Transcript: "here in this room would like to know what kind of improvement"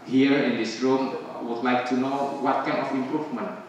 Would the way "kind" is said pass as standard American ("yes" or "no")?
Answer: no